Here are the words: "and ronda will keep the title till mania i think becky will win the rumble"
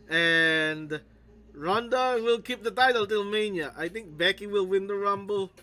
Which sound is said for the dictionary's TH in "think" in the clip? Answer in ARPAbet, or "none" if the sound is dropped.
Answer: T